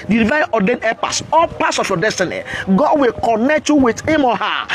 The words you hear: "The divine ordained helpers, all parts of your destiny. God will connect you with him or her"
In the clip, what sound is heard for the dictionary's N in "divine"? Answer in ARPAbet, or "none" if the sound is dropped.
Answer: none